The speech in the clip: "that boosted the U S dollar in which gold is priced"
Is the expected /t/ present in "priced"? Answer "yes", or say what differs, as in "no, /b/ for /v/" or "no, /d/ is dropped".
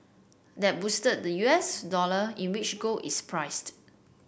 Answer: yes